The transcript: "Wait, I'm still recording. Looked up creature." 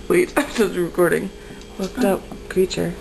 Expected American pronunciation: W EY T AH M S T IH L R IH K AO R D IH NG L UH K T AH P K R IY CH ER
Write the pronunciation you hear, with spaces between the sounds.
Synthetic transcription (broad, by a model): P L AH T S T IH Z R IH K AO R D IH NG W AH K T AH P K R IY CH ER